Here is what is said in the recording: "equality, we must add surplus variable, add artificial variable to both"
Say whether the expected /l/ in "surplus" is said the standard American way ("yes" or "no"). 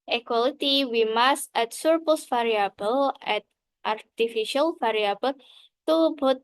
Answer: no